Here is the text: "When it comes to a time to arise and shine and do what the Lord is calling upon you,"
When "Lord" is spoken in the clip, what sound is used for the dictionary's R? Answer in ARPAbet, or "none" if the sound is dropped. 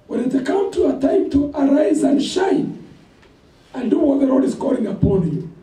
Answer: R